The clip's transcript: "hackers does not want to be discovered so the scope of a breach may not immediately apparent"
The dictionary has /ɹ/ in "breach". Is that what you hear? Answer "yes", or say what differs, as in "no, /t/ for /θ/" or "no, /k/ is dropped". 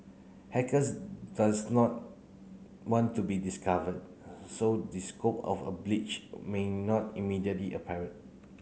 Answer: no, /l/ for /ɹ/